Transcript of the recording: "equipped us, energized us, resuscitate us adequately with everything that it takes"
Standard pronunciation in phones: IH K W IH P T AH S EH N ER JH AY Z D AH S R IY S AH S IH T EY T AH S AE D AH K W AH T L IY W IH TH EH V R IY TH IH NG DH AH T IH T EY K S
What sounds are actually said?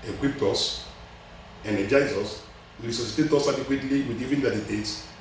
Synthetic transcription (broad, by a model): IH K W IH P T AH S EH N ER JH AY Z AH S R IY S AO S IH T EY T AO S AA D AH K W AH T L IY W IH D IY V IY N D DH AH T IH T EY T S